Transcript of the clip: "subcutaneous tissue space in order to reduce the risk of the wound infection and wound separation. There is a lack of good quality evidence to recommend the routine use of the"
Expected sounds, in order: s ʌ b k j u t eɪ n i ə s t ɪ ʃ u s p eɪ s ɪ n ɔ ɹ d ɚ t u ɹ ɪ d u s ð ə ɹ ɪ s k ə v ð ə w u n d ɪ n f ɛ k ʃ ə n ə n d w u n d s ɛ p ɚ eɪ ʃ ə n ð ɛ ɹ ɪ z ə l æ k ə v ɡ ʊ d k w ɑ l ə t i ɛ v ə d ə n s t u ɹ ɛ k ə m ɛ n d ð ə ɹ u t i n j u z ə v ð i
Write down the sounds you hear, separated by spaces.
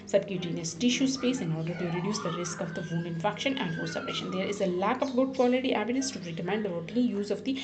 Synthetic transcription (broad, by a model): s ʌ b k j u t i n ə s t ɪ ʃ u s p eɪ s ɪ n ɔ ɹ d ɚ t u ɹ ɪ d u s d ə ɹ ɪ s k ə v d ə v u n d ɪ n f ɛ k ʃ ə n ə n d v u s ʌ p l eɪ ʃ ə n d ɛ ɹ ɪ z ə l æ k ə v ɡ ʊ d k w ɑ l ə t i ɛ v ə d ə n s t u ɹ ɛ k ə m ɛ n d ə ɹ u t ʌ l j u z ə v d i